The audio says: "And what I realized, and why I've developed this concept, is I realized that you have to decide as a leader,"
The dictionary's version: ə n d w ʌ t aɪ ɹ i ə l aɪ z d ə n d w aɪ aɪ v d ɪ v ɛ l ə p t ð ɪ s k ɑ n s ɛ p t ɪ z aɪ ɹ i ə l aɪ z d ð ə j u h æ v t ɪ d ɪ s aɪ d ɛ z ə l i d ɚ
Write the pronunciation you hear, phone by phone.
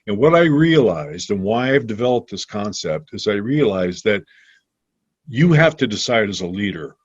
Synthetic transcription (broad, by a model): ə n w ʌ t aɪ ɹ i ə l aɪ z d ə n w aɪ aɪ v d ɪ v ɛ l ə p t ð ɪ s k ɑ n s ɛ p t ɪ z aɪ ɹ i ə l aɪ z ð ə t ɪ h æ f t ɪ d ɪ s aɪ d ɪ z ə l i d ɚ